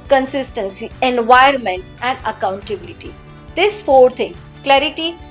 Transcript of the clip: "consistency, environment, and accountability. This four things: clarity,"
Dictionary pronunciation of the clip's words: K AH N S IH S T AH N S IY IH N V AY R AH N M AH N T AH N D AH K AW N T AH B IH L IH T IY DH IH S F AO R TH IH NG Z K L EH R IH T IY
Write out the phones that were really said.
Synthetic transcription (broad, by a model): K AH N S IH S T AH N S IY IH N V AY AH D M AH N T AH N D AH K AW N T AH B IH L IH T IY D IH S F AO R T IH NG K L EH R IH T IY